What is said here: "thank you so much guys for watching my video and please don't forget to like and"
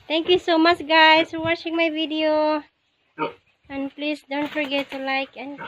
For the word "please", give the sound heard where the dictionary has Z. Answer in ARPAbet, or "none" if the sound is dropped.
S